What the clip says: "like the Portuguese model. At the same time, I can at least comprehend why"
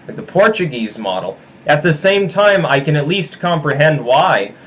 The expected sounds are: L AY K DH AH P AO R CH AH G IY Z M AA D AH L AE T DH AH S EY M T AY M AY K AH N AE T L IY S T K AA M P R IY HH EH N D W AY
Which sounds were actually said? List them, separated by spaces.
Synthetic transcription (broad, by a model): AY DH AH P AO R CH AH G IY Z M AA D L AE T DH AH S EY M T AY M AY K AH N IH T L IY S T K AA M P R IY HH EH N D W AY